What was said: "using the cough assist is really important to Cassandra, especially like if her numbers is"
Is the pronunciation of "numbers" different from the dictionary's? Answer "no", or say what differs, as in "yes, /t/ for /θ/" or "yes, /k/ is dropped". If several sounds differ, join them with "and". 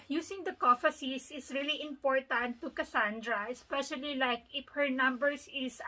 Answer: yes, /s/ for /z/